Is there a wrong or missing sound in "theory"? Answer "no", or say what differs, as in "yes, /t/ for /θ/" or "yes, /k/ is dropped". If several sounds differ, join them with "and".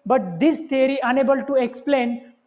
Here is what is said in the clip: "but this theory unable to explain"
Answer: yes, /t/ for /θ/